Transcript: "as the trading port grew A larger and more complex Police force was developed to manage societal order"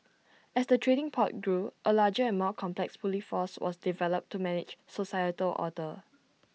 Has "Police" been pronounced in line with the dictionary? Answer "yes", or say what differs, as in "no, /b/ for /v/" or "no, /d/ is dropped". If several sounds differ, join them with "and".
no, /s/ is dropped